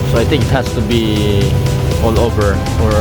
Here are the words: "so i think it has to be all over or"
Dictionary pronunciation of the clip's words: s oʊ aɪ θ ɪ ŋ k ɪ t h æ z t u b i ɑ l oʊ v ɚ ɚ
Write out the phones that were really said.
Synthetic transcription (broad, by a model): s oʊ aɪ t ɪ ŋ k ɪ t h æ s t u b i ɑ l oʊ v ɚ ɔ